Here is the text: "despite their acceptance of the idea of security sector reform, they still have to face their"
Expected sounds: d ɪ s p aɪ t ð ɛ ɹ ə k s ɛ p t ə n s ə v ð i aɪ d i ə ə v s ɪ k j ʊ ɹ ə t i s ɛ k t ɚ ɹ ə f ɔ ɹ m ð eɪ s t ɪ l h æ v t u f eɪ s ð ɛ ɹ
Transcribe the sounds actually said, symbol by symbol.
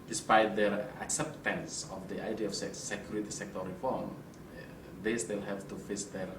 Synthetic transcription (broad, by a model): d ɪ s p aɪ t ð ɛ ɹ ə k s ɛ p t ə n s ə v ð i aɪ d i ə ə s s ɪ k j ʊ ɹ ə t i s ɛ k t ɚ ɹ ə f ɔ ɹ m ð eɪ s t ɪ l h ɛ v t u f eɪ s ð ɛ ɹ